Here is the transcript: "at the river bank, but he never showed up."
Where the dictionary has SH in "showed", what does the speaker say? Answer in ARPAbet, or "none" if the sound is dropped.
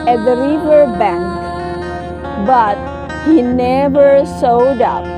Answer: S